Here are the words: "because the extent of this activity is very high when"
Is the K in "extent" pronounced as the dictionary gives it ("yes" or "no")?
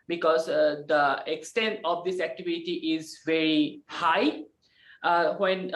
yes